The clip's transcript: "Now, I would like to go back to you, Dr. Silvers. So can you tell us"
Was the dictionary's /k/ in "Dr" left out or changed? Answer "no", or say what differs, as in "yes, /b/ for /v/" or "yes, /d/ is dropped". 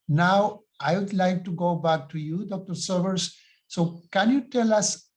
no